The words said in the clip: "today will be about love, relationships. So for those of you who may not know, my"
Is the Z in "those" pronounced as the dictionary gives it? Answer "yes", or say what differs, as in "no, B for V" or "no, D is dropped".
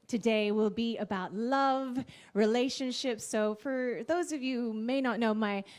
yes